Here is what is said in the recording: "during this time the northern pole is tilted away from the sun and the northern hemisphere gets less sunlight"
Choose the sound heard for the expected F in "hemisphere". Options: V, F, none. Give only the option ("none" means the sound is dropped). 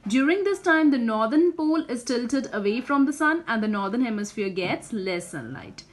F